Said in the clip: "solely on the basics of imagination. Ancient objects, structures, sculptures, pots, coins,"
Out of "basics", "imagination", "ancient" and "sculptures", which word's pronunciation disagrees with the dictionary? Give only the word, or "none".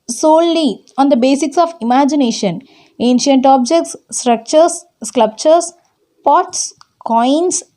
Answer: sculptures